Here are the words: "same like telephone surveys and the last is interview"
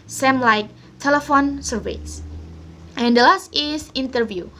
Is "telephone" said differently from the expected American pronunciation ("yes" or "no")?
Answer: no